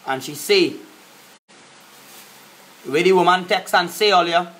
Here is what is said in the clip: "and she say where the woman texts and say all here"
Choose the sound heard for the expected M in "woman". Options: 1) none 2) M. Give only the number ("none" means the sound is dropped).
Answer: 2